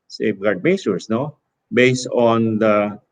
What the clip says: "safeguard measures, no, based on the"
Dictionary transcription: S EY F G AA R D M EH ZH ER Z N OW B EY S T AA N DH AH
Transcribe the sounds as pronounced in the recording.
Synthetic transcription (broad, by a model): S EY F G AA R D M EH S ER S N OW B EY S T AA N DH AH